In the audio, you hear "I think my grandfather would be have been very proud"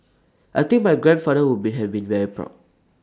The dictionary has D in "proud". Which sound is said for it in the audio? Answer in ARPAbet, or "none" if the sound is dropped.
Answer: none